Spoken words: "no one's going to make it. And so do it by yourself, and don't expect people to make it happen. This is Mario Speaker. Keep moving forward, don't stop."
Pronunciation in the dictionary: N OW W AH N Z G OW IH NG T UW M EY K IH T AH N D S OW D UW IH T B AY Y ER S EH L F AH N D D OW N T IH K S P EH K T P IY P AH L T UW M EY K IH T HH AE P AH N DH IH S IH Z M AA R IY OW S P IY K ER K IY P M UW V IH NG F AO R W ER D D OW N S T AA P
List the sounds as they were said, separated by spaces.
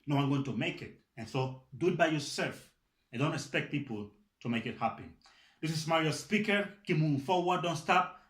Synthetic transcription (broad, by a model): N OW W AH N G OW T UW M EY K IH T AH N S OW D UW IH T B AY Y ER S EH L F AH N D D OW N T IH K S P EH K T P IY P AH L T UW M EY K IH T HH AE P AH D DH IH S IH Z M AA R IY OW S P IY K ER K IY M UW F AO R W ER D D OW N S T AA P